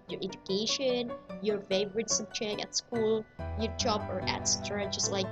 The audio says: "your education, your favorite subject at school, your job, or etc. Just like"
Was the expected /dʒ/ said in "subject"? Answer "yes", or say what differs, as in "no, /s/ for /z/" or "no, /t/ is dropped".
no, /tʃ/ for /dʒ/